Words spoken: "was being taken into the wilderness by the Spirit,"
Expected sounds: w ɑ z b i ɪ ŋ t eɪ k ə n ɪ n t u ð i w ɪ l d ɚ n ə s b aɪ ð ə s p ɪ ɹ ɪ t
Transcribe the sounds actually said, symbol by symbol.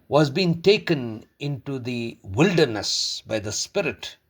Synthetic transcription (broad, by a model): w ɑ z b i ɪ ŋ t eɪ k ə n ɪ n t u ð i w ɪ l d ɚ n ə s b aɪ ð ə s p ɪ ɹ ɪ t